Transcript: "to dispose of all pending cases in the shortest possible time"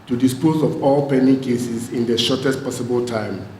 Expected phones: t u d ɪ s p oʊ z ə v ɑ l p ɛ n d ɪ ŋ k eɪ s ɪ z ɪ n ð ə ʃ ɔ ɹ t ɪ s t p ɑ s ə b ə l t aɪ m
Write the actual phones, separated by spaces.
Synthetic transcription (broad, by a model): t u d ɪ s p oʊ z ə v ɑ l p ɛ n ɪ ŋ k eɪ s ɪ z ɪ n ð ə ʃ ɔ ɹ t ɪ s t p ɑ s ə b ə l t aɪ m